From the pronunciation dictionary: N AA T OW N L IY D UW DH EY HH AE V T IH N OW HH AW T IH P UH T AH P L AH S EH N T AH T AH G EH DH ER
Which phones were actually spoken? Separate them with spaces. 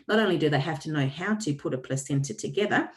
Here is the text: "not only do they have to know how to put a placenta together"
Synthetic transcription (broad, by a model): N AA T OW N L IY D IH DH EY HH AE F T IH N OW HH AW T IH P UH T AH P L AH S EH N T AH T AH G EH DH ER